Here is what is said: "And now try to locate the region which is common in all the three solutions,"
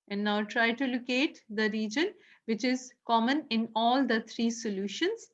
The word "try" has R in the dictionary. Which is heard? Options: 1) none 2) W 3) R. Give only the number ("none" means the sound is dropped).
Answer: 3